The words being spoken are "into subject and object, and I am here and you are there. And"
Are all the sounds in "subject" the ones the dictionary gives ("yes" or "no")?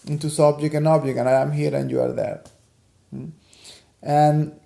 no